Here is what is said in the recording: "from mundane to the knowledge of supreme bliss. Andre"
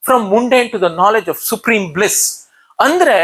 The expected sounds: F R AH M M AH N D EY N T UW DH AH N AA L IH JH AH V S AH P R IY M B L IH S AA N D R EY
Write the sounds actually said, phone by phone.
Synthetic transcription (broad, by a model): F R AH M M AH N D EY N T UW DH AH N AA L IH JH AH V S AH P R IY M B L IH S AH N D R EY